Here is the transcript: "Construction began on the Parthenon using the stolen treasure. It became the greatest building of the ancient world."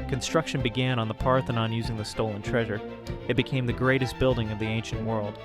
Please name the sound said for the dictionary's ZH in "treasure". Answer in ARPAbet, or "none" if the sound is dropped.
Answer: ZH